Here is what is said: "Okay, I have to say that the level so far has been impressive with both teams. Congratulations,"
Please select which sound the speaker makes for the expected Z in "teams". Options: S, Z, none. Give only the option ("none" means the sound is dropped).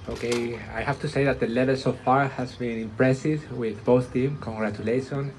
none